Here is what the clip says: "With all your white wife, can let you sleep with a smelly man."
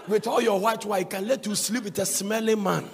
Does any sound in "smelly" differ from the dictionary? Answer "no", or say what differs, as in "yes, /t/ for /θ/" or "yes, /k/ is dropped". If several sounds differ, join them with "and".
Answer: no